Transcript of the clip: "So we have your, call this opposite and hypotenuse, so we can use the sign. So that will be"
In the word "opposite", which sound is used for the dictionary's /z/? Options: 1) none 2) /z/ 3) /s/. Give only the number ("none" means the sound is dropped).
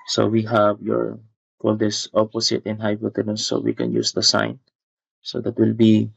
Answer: 3